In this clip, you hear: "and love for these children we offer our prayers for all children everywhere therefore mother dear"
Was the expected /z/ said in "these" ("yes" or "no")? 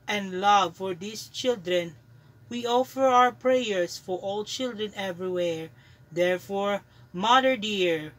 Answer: no